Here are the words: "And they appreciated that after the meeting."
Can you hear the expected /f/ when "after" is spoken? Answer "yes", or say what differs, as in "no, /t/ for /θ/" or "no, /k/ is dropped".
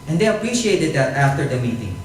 yes